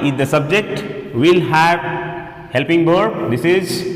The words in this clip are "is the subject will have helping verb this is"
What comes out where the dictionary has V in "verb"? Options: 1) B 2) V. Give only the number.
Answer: 1